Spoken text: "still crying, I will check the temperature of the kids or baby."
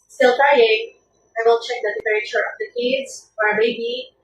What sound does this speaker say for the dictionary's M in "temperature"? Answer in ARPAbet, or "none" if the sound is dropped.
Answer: none